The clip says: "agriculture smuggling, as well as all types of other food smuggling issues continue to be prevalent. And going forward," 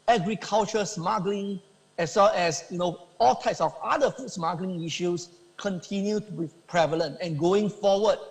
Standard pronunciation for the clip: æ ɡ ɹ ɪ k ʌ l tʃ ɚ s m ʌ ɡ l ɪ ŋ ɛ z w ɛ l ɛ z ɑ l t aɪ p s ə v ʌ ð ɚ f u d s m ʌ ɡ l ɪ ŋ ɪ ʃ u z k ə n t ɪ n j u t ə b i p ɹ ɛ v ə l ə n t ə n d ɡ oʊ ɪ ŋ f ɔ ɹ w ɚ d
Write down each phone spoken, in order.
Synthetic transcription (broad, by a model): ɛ ɡ ɹ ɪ k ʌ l tʃ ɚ s m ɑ ɡ l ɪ ŋ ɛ s w ɛ l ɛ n ɑ l t aɪ p s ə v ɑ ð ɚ f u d s m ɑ ɡ l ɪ ŋ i ʃ u s k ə n t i n j u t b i p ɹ ɛ v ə l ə n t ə n ɡ oʊ ɪ ŋ f ɔ w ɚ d